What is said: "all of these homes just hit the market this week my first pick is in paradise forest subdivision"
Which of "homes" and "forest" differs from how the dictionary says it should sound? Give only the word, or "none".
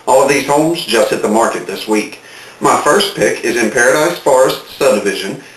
none